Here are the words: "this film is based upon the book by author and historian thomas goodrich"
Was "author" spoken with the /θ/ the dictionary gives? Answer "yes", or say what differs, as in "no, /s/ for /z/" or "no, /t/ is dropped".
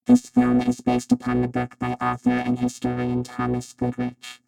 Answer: yes